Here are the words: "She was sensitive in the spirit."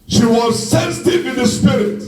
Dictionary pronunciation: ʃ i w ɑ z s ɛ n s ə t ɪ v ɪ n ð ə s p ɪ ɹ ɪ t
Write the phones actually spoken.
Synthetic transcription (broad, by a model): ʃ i w ɑ z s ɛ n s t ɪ w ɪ ð ə s p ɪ ɹ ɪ t